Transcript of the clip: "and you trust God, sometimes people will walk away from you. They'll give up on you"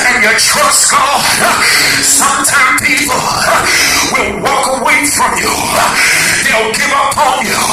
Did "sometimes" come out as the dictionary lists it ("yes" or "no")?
no